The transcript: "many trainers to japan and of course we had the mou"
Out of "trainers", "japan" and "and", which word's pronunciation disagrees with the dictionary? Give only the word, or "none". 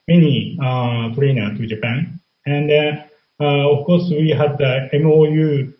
trainers